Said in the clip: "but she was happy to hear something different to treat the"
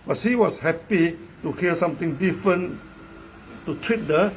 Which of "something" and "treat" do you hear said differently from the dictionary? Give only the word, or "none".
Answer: something